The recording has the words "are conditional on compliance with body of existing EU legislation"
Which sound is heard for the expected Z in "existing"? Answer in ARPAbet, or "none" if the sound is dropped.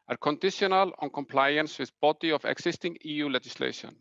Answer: S